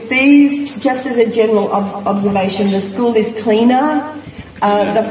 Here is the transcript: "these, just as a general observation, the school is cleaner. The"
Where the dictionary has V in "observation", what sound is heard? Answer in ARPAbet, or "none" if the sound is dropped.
V